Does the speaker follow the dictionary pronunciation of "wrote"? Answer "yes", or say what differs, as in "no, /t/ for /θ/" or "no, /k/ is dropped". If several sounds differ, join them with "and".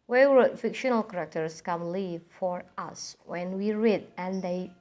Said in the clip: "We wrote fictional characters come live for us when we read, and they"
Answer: no, /w/ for /ɹ/